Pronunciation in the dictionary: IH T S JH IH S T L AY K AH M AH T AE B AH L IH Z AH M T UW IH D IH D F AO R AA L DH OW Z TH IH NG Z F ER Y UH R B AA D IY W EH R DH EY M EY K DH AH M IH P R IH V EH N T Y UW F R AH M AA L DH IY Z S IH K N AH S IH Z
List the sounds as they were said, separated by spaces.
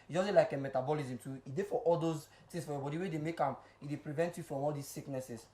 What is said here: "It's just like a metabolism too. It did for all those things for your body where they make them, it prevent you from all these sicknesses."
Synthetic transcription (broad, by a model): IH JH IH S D L AY K AH M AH T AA B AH L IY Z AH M T UW IH D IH F AO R AA L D OW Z T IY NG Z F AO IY B AA D IY W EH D EY M EY K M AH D IH P R IH V EH N T Y UW F R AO M AA L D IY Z S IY K N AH S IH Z